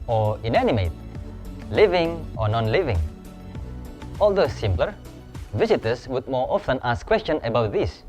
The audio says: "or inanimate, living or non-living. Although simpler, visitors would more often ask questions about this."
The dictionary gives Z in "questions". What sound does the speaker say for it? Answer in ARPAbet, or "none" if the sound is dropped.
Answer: none